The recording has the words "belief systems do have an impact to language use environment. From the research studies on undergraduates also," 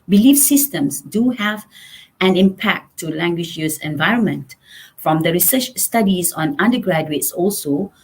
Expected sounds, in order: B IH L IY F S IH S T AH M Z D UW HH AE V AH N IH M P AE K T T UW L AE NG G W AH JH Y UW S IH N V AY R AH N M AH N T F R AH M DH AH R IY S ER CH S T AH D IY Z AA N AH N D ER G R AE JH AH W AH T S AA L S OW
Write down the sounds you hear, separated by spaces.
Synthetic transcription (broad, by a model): B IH L IY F S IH S T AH M S D UW HH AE V AH N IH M P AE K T T UW L AE NG G W AH JH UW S IH N V AY R AH N M AH N T F R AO M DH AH R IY S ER CH S T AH D IY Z AA N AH N D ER G R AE JH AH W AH T S AA L S OW